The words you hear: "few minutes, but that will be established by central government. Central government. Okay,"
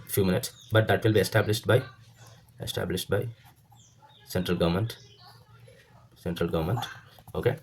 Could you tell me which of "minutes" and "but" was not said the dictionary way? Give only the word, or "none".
none